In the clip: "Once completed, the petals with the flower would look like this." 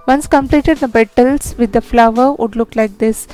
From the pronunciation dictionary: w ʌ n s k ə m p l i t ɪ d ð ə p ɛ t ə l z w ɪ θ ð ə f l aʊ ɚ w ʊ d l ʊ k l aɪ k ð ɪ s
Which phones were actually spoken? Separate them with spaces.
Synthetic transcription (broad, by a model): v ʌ n s k ə m p l i t ɪ d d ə b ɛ t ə l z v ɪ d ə f l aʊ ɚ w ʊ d l ʊ k l aɪ k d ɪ s